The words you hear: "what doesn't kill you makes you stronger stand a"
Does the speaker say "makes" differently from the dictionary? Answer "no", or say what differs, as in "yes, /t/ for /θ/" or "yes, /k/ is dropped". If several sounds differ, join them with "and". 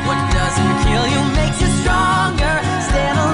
yes, /s/ is dropped